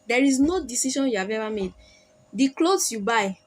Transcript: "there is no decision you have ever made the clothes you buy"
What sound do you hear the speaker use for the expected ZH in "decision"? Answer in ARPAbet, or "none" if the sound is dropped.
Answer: SH